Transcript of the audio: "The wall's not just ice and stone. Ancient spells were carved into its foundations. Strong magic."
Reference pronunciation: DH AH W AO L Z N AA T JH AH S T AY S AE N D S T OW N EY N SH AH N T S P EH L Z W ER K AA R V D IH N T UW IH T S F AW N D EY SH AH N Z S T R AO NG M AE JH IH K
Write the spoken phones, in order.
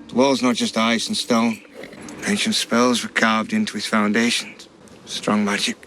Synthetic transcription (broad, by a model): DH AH W AO L Z N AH T JH AH S T AY S N S T OW N EY N SH AH N T S P EH L Z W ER K AA R V D IH N T UW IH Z F AW N D EY SH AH N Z S T R AO NG M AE JH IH K